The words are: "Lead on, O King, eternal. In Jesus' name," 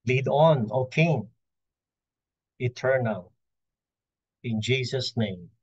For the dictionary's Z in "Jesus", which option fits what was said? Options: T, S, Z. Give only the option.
S